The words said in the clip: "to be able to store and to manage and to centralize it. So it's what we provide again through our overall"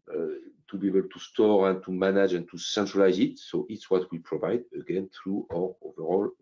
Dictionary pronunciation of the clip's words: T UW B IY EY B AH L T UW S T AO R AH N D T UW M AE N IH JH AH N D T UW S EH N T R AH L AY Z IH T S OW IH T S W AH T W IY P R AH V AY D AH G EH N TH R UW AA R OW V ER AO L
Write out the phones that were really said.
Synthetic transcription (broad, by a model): T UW B IY EY B AH L T UW S T AO R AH N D T UW M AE N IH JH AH N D T UW S EH N T R AH L AY Z IH T S OW IH T S W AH T W IY P R AH V AY D AH G EH N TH R UW AA R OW V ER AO L